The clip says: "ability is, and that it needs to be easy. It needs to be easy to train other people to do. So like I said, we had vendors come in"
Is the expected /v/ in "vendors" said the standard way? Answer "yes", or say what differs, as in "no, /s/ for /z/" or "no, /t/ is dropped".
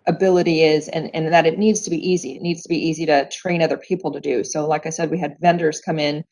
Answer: yes